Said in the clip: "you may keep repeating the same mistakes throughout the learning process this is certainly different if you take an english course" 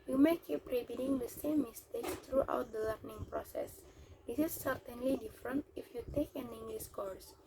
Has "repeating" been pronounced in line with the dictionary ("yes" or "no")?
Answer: no